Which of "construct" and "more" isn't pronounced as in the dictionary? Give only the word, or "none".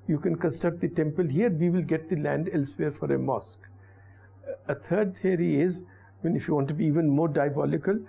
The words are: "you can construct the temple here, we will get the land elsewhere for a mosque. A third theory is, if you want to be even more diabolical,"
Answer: construct